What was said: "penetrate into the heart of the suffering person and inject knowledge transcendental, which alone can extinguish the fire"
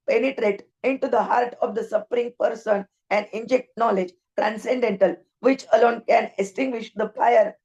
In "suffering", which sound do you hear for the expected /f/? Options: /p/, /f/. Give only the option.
/p/